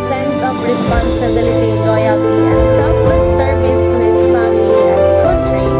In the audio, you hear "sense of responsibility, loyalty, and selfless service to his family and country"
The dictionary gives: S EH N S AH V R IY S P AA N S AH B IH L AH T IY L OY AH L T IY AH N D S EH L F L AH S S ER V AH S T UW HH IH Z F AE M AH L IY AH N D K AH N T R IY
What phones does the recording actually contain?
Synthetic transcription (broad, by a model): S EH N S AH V R IY S P AA N S AH B IH L AH T IY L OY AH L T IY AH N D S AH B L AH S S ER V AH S T UW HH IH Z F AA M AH IY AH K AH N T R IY